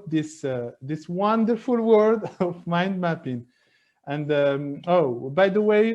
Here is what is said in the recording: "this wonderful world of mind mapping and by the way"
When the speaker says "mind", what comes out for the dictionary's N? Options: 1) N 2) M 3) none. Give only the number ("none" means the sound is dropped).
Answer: 1